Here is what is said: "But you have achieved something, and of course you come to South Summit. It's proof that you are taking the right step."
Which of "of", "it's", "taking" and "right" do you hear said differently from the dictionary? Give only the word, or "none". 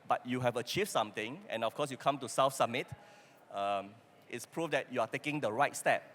of